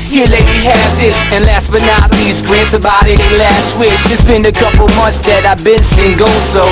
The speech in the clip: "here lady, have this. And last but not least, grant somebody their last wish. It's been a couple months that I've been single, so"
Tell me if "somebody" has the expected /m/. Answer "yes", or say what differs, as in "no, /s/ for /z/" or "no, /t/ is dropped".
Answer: no, /m/ is dropped